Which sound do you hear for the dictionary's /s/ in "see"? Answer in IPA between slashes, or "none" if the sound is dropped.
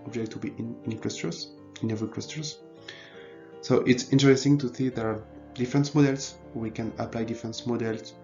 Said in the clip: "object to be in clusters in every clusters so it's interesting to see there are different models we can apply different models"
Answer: /θ/